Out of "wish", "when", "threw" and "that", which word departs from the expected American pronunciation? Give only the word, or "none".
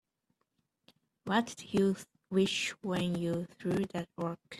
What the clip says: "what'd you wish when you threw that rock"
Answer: none